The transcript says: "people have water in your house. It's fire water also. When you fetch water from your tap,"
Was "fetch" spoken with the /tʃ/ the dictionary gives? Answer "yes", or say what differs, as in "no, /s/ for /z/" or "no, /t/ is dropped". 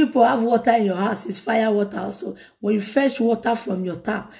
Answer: no, /ʃ/ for /tʃ/